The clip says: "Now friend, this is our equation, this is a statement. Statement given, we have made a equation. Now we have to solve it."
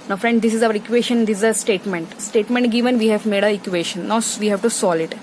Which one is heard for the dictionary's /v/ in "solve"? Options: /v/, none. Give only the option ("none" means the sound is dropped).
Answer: none